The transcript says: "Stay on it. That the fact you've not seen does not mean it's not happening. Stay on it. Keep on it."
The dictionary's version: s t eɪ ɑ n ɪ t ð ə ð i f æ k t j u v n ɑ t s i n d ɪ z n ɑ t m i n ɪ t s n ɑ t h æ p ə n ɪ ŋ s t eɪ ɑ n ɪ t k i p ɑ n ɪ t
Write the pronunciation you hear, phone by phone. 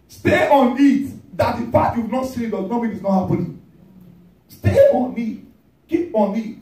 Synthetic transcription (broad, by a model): s t eɪ ɑ n ɪ t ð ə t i p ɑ t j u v n ɑ t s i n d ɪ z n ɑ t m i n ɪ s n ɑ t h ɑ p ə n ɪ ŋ s t eɪ ɑ n ɪ t k i p ɑ n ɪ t